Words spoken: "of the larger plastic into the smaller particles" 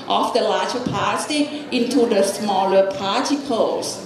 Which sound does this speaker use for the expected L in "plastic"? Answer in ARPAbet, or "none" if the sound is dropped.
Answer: none